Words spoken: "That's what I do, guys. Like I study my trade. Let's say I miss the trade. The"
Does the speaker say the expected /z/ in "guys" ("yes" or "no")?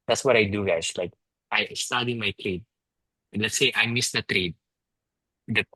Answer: no